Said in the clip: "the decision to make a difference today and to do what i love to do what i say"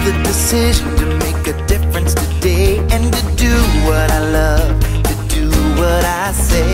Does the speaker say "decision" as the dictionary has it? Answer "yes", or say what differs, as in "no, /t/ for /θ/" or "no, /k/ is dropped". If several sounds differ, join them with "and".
yes